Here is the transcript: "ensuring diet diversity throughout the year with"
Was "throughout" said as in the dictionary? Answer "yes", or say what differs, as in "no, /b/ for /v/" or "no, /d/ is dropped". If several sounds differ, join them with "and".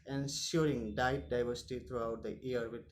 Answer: no, /t/ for /θ/